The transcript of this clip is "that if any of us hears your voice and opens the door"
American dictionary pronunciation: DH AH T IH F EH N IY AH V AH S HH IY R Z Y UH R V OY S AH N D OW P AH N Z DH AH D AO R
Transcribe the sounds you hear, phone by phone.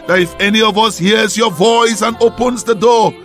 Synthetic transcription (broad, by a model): DH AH T IH F EH N IY AH V AH S HH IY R Z Y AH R V OY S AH N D OW P AH N Z DH AH D AO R